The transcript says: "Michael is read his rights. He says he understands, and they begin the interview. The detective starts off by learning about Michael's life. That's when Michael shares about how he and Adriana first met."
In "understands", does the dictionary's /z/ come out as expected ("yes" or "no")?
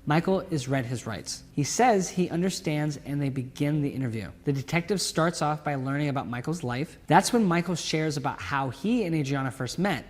yes